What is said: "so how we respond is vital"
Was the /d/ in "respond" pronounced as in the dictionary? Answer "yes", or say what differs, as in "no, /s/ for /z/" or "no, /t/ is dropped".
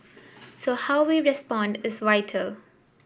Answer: yes